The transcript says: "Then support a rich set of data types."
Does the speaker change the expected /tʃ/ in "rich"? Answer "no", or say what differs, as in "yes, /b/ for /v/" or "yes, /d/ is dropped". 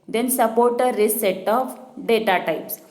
yes, /s/ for /tʃ/